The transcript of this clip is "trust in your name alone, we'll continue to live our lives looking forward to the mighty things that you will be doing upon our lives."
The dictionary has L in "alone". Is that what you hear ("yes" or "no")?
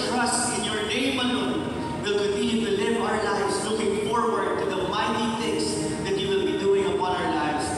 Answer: no